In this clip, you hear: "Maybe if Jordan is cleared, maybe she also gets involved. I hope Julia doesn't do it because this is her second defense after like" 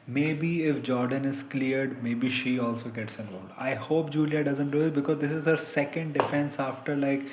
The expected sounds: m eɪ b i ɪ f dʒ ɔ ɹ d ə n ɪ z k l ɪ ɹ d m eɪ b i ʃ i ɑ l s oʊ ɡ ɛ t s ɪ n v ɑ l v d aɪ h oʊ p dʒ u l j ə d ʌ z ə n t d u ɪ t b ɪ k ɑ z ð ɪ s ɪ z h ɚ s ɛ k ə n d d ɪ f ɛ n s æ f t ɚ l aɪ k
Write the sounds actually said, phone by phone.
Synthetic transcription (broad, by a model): m eɪ b i ɪ f dʒ ɔ ɹ d ə n ɪ z k l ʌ ɹ d m eɪ b i ʃ i ɑ l s oʊ ɡ ɛ t s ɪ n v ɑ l d aɪ h oʊ p dʒ u l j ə d ʌ z ə n t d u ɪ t b ɪ k ɑ z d ɪ s ɪ z h ɚ s ɛ k ə n d d ɪ f ɛ n s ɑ f t ɚ l aɪ k